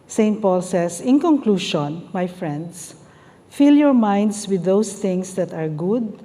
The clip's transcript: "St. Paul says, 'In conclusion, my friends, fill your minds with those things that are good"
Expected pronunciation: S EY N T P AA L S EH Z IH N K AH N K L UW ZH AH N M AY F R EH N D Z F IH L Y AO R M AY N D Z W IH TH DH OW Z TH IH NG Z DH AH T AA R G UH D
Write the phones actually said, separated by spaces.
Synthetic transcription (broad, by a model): S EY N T P AA L S EH S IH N K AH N K L UW SH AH N M AY F R EH N D S F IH L Y AO R M AY N D S W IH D OW S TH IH NG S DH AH T AA R G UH D